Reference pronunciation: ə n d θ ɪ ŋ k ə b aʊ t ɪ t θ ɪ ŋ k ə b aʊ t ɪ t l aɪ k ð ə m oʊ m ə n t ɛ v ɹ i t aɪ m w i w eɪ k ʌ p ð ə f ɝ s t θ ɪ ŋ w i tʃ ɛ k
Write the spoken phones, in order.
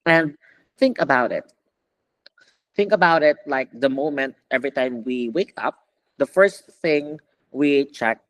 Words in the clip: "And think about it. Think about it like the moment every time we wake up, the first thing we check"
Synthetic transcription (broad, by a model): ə n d θ ɪ ŋ k ə b aʊ t ɪ t θ ɪ ŋ k ə b aʊ t ɪ t l aɪ k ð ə m oʊ m ə n t ɛ v ɹ i t aɪ m w i w eɪ k ʌ p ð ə f ɝ s t θ ɪ ŋ w i tʃ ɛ k